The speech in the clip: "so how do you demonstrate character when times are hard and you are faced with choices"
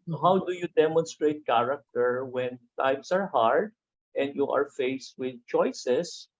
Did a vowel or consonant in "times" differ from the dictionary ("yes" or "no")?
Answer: yes